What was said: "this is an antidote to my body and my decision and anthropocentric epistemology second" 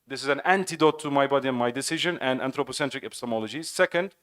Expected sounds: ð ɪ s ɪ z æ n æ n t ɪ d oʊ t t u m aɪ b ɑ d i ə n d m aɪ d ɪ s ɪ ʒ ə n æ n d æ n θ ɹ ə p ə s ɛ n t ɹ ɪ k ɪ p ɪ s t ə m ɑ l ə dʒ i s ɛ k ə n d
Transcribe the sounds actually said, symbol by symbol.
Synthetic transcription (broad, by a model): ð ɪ s ɪ z æ n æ n t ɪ d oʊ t t u m aɪ b ɑ d i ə n m aɪ d ɪ s ɪ ʒ ə n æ n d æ n t ɹ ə p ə s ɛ n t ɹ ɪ k ɪ p ɪ s t ə m ɑ l ə dʒ i s ɛ k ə n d